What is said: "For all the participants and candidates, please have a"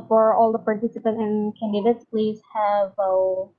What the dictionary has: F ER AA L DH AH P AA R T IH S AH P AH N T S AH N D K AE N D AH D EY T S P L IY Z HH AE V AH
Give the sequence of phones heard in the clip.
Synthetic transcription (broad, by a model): F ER AA L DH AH P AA R T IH S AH P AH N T AH N K AE N D AH D EY T S P L IY Z HH AE V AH